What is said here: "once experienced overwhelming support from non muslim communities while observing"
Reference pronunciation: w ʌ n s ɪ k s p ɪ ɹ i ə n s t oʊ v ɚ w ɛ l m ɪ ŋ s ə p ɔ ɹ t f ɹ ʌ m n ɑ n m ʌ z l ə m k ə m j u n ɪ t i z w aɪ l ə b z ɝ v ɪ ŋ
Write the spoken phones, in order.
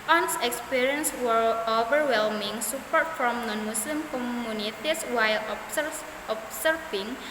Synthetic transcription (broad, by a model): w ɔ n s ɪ k s p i ɹ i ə n s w oʊ v ɚ w ɛ l m ɪ ŋ s ə p ɔ ɹ t f ɹ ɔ m n ɑ n m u s l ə m k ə m j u n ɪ t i s w aɪ l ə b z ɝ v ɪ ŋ